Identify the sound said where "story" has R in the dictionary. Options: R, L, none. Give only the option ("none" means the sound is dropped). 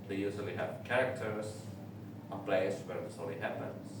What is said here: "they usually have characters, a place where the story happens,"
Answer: L